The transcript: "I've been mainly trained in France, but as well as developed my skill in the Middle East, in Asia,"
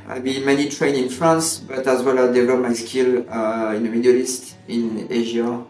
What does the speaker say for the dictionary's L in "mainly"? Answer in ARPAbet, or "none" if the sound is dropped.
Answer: none